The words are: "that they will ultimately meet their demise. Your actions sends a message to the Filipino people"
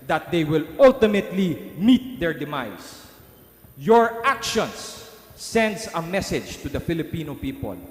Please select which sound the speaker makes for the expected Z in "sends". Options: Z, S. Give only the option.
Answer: S